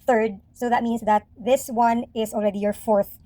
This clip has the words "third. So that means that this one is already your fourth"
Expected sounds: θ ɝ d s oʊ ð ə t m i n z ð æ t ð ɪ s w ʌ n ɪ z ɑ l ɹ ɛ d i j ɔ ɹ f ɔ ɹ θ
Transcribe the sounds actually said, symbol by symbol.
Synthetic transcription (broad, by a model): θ ɝ d s oʊ ð ə t m i n s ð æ t ð ɪ s w ʌ n ɪ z ɑ l ɹ ɛ d i j ɔ ɹ f ɔ ɹ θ